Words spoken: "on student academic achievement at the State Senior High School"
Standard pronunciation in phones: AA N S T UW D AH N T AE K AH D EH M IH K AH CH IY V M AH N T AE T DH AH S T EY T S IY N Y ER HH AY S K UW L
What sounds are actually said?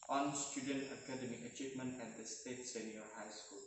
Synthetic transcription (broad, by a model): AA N S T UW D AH N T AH K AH D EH M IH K AH CH IY V M AH N T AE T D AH S T EY T S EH N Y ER HH AY S K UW L